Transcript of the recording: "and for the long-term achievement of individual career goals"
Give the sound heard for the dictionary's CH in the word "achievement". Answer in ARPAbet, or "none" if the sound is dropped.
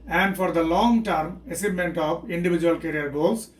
S